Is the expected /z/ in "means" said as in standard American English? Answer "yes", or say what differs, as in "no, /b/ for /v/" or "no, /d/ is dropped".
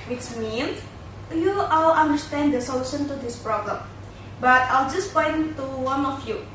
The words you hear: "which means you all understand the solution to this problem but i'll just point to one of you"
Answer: no, /s/ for /z/